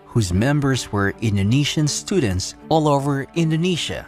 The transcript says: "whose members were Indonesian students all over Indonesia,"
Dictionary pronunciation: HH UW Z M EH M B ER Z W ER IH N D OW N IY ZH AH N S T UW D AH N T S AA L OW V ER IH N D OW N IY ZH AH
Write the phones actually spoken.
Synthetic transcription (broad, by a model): HH UW Z M EH M B ER Z W ER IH N D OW N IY SH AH N S T UW D N T S AA L OW V ER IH N D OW N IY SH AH